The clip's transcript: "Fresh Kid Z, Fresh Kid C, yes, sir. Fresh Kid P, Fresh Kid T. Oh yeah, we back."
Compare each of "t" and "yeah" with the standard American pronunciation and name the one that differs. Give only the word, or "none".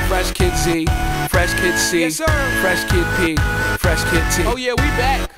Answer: t